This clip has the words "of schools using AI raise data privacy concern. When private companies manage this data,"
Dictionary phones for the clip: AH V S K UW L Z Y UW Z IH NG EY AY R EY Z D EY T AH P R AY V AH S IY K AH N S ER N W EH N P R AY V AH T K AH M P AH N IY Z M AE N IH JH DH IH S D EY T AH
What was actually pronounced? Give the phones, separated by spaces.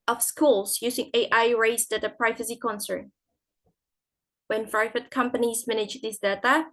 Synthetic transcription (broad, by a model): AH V S K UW L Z Y UW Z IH NG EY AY R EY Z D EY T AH P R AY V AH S IY K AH N S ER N W EH N F R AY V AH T K AH M P AH N IY Z M AE N IH JH DH IH S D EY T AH